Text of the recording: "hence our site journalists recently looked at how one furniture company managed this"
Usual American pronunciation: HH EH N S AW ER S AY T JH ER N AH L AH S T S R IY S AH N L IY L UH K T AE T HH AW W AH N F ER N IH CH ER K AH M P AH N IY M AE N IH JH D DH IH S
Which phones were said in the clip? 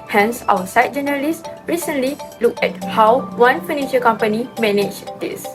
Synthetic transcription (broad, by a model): HH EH N S AW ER S AY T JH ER N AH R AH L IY S R IY S AH N L IY L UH K EH T HH AW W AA N F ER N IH SH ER K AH M P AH N IY M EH N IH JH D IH S